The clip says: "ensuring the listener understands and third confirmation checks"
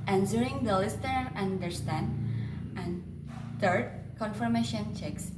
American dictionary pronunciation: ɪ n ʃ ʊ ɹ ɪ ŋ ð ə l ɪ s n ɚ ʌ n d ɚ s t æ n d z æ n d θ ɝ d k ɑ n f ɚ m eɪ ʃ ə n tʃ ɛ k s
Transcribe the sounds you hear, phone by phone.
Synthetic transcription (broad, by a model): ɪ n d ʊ ɹ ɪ ŋ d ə l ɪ s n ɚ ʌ n d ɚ s t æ n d æ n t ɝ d k ɑ n f ɚ m eɪ ʃ ə n tʃ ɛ k s